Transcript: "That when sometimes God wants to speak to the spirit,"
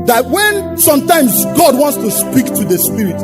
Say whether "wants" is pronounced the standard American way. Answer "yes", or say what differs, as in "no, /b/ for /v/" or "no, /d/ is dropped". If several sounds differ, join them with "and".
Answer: yes